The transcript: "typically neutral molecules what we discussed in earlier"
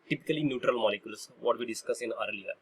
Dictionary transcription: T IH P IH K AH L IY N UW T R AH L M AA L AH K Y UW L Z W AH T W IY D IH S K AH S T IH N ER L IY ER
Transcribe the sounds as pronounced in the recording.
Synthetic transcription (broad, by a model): T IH P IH K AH L IY N UW T R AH L M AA L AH K Y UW L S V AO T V IY D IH S K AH S IH N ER L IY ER